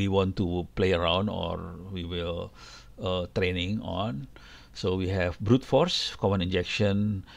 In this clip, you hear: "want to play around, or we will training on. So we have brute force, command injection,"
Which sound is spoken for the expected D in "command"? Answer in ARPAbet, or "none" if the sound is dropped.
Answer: none